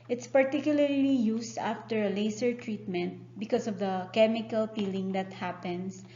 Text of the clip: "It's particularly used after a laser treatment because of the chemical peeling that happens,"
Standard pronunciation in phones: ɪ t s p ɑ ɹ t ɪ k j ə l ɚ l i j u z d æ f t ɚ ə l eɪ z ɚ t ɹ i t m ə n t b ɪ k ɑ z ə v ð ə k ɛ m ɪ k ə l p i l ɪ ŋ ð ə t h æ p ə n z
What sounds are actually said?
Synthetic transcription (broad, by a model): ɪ t s p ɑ ɹ t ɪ k j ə l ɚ l i j u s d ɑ f t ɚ ə l eɪ s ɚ t ɹ i t m ə n t b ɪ k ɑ s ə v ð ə k ɛ m ɪ k ə l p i l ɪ ŋ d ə t h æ p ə n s